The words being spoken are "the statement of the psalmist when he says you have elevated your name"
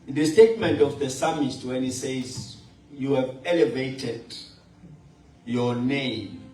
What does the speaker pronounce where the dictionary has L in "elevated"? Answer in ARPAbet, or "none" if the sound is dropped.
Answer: L